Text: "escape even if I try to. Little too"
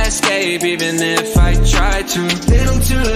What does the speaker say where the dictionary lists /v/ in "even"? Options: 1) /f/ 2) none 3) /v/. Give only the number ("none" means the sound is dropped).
2